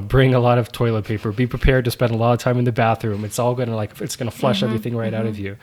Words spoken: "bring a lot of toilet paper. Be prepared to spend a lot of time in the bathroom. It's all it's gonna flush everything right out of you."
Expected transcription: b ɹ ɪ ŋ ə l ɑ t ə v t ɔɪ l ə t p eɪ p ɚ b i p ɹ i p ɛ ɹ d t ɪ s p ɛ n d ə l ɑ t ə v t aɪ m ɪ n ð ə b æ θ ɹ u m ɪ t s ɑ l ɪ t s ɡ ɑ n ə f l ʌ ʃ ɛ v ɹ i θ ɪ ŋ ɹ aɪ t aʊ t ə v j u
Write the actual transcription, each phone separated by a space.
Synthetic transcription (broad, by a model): b ɹ ɪ ŋ ə l ɑ t ə v t ɔɪ l ə t p eɪ p ɚ b i p ɹ i p ɛ ɹ d t ɪ s p ɛ n d ə l ɑ t ə v t aɪ m ɪ n ð ə b æ θ ɹ u m ɪ t s ɑ l ɪ t s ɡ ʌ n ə f l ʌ ʃ ɛ v ɹ i θ ɪ ŋ ɹ aɪ t aʊ t ə v j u